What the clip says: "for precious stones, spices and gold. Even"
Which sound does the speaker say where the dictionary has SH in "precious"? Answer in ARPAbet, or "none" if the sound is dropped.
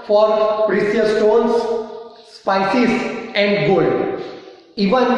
S